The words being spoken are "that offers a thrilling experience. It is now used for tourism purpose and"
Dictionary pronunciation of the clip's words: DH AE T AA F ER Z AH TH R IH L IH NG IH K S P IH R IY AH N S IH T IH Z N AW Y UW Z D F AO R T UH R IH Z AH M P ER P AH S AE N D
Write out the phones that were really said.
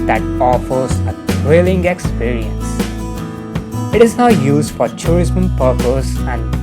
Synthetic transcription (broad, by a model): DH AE T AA F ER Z AH T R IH L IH NG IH K S P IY R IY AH N S IH T IH Z N AW Y UW Z D F AO R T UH R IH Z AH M P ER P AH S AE N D